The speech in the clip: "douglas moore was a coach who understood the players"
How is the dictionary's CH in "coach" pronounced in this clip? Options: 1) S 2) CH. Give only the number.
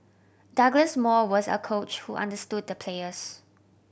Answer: 2